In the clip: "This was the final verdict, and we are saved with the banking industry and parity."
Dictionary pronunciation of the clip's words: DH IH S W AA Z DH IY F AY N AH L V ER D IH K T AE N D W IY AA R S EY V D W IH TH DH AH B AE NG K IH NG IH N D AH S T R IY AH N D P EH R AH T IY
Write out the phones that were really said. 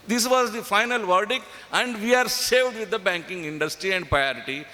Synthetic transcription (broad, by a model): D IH S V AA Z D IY F AY N AH L V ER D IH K AE N D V IY AA R S EY V D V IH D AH B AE NG K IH NG IH N D AH S T R IY AH N D P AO R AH T IY